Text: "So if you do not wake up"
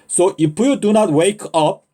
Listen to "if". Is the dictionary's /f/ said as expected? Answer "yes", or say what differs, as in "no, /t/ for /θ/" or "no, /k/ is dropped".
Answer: no, /p/ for /f/